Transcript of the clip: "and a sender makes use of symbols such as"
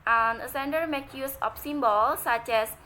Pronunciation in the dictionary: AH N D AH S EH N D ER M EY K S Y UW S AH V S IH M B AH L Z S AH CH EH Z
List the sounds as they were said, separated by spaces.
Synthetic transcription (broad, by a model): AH N AH S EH N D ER M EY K Y UW S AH F S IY M B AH L S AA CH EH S